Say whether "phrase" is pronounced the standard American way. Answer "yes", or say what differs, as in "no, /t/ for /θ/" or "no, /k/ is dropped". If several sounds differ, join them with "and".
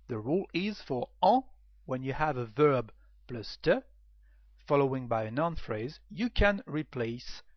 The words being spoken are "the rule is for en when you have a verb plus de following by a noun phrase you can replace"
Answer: yes